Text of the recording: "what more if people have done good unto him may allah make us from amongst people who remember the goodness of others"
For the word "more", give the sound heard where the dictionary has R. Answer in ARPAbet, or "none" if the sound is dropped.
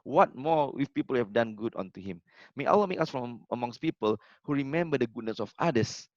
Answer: W